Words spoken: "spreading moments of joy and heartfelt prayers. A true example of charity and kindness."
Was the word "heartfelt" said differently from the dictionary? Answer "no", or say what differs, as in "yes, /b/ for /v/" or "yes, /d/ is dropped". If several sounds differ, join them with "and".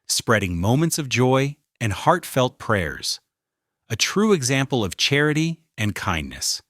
no